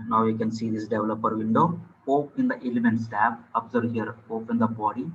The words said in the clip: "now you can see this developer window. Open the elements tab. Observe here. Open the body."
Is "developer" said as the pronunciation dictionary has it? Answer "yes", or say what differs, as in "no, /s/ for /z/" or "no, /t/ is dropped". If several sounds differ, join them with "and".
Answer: yes